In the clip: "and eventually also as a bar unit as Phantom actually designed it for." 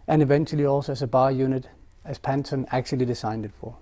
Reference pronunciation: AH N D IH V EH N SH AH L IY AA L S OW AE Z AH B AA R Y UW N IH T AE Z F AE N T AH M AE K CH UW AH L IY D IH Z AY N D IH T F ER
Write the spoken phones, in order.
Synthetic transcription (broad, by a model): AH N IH V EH N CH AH L IY AA L S OW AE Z AH B AA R Y UW N IH T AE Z P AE N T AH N AE K CH UW AH L IY D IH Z AY N D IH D F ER